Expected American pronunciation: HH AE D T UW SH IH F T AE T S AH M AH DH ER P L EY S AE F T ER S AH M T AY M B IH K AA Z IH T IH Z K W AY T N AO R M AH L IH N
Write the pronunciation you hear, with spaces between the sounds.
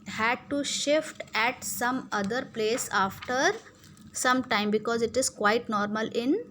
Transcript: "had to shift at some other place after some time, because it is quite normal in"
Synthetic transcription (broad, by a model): HH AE D T UW SH IH F T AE T S AH M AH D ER P L EY S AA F T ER S AH M T AY M B IH K AA Z IH T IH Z K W AY T N AO R M AH L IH N